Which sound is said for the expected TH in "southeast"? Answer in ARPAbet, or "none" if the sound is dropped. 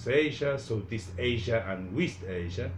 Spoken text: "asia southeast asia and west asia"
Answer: T